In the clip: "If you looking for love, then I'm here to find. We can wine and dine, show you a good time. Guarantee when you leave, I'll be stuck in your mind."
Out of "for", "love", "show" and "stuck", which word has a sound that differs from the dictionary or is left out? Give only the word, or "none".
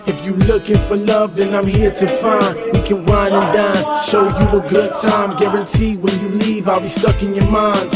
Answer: show